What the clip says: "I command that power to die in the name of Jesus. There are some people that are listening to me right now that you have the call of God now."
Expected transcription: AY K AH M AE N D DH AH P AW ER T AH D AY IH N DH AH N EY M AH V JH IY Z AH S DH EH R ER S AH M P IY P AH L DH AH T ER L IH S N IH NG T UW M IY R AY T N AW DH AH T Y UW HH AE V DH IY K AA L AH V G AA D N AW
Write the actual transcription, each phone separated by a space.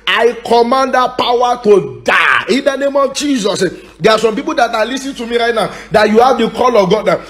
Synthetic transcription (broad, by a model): AY K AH M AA N D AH P AW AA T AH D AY IH N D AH N EY M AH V JH IY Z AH S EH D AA S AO M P IY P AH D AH T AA L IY S IH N T UW M IY R AY T N AW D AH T Y UW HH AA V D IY K AA L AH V G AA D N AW